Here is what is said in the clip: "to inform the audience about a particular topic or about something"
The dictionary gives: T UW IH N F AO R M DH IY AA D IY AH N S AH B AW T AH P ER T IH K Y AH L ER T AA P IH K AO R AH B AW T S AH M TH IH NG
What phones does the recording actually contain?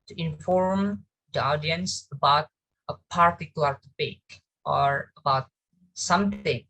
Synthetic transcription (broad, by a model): T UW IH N F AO R M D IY AA D IY AH N S AH B AW T AH P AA T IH K Y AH L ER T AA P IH K AO R AH B AW T S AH M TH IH NG